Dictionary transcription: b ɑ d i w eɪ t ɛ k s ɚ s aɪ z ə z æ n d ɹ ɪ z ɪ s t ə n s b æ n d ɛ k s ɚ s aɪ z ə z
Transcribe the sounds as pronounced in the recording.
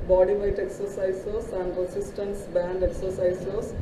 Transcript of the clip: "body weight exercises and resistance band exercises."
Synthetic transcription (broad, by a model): b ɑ d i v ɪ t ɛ k s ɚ s aɪ s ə s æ n d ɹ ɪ s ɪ s t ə n s b æ n d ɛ k s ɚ s aɪ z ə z